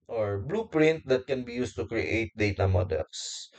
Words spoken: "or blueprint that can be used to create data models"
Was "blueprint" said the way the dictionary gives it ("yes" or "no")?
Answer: yes